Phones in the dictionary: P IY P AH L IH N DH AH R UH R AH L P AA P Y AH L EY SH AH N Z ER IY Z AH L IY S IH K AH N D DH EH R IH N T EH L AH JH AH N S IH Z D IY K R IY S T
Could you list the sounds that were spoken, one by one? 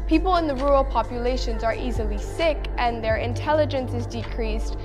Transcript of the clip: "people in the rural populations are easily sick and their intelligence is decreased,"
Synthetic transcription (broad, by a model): P IY P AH L IH N DH AH R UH R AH L P AA P Y AH L EY SH AH N Z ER IY Z AH L IY S IH K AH N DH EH R IH N T EH L AH JH AH N S IH Z D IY K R IY S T